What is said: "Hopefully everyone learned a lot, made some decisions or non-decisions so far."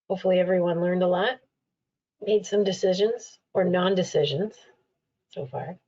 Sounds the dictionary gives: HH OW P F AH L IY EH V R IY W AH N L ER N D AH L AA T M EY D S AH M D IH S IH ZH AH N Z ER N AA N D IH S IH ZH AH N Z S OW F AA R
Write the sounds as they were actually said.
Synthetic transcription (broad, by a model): HH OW P F L IY EH V R IY W AH N L ER N D AH L AA T M EY D S AH M D IH S IH ZH AH N Z ER N AA N D IH S IH ZH AH N Z S OW F AA R